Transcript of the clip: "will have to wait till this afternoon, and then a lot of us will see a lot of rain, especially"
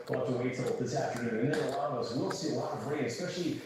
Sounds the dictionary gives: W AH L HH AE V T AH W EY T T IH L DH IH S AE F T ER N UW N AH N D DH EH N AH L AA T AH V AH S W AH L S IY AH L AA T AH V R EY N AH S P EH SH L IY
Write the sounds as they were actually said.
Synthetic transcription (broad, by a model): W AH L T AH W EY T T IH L DH IH S AE F T ER N UW N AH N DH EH AH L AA AH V AH S W AH L S IY AH L AA T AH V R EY AH S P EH SH L IY